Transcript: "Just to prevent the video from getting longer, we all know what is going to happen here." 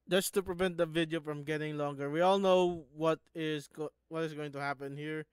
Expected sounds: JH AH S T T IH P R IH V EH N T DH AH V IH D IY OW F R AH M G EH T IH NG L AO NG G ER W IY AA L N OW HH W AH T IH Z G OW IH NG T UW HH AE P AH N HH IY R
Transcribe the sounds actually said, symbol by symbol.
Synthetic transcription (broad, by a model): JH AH S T T IH P R IH V EH N T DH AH V IH D IY OW F R AH M G EH T IH NG L AO NG G ER W IY AA L N OW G W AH T IH Z G OW IH NG T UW HH AE P AH N HH IY R